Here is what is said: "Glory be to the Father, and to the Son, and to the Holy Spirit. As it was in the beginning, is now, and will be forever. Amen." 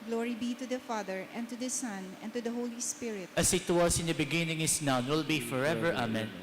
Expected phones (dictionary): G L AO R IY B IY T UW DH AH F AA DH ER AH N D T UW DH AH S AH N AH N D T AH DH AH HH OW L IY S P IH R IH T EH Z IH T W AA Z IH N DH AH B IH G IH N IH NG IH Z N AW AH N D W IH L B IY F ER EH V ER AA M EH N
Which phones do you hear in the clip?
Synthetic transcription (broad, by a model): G L AO R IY B IY T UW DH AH F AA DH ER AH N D T UW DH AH S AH N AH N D T AH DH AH HH OW L IY S P IH R IH T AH S IH T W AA S IH N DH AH B IH G IH N IH NG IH S N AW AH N W IH L B IY F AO EH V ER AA M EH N